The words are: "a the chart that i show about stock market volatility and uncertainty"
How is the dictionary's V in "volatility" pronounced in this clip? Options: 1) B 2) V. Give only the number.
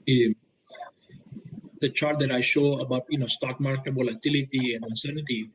1